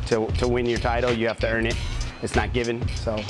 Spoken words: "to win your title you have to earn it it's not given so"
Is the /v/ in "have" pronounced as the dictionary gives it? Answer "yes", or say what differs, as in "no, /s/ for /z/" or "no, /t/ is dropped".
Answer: no, /f/ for /v/